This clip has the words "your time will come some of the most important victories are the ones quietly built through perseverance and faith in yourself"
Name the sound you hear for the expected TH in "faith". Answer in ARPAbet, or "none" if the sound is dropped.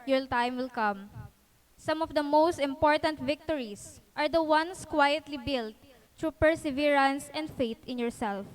T